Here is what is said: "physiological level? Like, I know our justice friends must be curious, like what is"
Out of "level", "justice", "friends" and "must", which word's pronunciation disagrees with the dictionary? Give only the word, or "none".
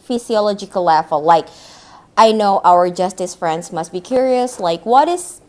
level